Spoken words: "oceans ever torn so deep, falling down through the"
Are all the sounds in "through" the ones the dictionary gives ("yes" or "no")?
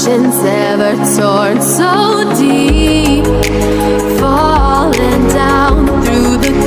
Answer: yes